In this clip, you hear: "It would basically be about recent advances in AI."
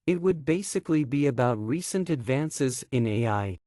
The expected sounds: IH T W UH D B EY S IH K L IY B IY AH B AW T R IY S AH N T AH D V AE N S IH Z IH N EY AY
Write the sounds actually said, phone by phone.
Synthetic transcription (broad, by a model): IH T W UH D B EY S IH K L IY B IY AH B AW T R IY S AH N T AH D V AE N S IH Z IH N EY AY